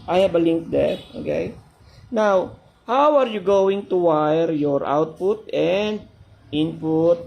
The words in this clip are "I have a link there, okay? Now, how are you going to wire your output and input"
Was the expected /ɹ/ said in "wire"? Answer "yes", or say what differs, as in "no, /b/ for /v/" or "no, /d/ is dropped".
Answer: yes